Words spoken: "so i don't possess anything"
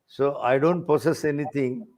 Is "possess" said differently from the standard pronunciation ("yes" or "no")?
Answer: yes